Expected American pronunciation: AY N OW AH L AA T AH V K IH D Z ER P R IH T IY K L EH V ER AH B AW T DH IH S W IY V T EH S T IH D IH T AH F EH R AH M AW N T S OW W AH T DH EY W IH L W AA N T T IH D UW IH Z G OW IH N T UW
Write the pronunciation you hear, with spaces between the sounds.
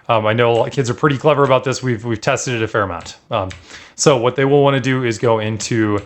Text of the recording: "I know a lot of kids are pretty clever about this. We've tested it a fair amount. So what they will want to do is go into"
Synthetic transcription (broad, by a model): AY N OW AH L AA K IH D Z ER P R IH T IY K L EH V ER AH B AW T DH IH S W IY V T EH S T IH D IH T AH F EH R AH M AW N T S OW W AH T DH EY W IH L W AA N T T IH D UW IH Z G OW IH N T UW